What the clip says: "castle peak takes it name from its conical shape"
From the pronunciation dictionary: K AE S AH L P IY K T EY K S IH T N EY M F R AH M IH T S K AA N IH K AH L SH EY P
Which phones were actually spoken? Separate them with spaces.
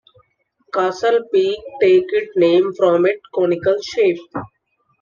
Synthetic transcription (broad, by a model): K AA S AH L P IY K T EY K IH T N EY M F R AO M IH T K AA N IH K AH L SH EY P